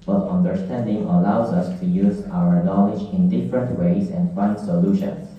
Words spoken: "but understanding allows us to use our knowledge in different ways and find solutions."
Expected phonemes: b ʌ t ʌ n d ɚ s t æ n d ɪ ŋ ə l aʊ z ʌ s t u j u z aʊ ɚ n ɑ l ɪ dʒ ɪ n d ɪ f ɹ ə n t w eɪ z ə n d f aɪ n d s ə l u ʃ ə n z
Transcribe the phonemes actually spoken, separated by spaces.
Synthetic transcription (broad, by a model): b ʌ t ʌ n d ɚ s t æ n d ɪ ŋ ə l aʊ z ʌ s t u j u z aʊ ɚ n ɑ l ɪ dʒ ɪ n d ɪ f ɹ ə n t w eɪ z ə n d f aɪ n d s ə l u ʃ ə n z